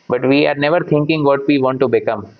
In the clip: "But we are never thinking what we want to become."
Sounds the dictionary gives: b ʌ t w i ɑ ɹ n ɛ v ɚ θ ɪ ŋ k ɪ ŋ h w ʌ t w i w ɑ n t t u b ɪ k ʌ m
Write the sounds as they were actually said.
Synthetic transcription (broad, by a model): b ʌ t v i ɑ ɹ n ɛ v ɚ t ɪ ŋ k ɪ ŋ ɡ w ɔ t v i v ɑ n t t u b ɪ k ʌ m